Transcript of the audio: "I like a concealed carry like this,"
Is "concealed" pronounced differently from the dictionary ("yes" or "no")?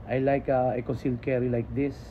yes